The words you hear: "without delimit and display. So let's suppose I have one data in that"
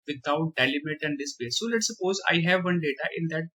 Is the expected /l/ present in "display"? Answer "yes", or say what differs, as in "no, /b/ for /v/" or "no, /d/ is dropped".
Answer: no, /l/ is dropped